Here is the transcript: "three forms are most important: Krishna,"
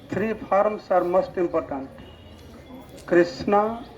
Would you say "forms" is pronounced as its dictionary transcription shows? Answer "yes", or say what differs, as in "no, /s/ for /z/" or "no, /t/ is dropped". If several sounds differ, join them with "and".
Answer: no, /p/ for /f/ and /s/ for /z/